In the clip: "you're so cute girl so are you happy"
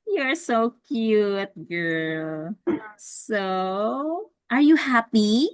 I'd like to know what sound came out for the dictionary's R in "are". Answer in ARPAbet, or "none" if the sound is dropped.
R